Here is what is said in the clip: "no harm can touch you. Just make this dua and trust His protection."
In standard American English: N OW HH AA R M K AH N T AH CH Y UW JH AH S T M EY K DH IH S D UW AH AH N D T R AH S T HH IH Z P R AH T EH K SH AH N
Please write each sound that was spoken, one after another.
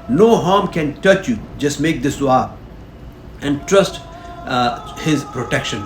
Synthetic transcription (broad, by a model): N OW HH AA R M K AH N T AH CH Y UW JH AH S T M EY K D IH S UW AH AH N D T R AH S T HH IH Z P R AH T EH K SH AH N